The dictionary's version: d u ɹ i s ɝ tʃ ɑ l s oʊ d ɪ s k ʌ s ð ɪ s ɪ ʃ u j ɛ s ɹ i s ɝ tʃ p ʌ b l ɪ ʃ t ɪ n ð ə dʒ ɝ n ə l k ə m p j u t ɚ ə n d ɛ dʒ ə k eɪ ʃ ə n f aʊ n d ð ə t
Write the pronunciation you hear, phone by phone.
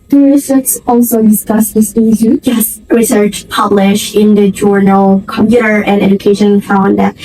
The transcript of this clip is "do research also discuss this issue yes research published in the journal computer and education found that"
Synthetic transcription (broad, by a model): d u ɹ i s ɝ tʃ ɑ l s oʊ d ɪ s k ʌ s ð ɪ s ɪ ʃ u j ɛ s ɹ i s ɝ tʃ p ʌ b l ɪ ʃ ɪ n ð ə dʒ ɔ n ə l k ə m p j u t ɚ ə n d ɛ dʒ ə k eɪ ʃ ə n f aʊ n d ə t